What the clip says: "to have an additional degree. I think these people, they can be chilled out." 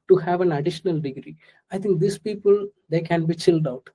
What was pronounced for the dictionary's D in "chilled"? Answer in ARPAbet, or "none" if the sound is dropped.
D